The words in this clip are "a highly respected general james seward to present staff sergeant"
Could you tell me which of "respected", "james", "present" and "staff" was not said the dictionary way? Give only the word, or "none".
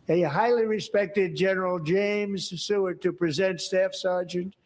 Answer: none